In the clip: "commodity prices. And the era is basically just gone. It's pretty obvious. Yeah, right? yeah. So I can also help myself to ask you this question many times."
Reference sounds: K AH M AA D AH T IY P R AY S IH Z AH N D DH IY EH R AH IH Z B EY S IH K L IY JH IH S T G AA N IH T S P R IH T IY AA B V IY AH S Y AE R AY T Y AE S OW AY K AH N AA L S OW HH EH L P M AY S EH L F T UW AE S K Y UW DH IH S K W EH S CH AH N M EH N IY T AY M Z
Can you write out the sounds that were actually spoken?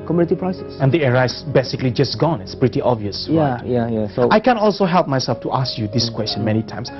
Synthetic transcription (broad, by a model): K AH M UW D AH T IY P R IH S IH S AH N D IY EH R AH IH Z B EY S IH K L IY JH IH S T G AA N IH T S P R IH T IY AA B V IY AH S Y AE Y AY Y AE S OW AY K AH N AA L S OW HH EH L P M AY S EH L F T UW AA S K Y UW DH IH S K W EH S CH AH N M EH N IY T AY M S